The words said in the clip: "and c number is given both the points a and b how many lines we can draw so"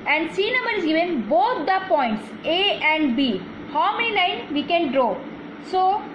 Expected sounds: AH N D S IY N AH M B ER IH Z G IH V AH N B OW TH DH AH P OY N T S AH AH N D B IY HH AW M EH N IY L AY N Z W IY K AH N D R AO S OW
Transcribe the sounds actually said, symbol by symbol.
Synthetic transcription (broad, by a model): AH N D S IY N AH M ER IH Z G IH V AH N B OW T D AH P OY N T S AH AH N D B IY HH AW M EH N IY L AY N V IY K AH N D R AO S OW